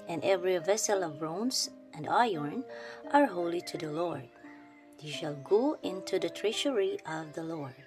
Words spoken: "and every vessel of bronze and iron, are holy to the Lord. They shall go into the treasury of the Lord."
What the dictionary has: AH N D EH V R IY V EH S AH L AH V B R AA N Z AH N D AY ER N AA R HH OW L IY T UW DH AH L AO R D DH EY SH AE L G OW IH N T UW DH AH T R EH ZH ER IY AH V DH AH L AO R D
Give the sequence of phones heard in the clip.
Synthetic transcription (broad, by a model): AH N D EH V R IY V EH S AH L AH V R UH N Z AH N D AY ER N AA R HH OW L IY T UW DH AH L AO R D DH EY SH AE L G OW IH N T UW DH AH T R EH SH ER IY AH V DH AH L AO R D